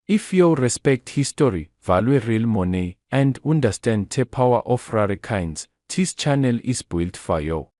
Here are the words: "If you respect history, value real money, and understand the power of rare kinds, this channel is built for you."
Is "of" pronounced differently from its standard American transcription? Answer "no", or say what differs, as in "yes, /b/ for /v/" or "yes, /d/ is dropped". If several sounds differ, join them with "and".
yes, /f/ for /v/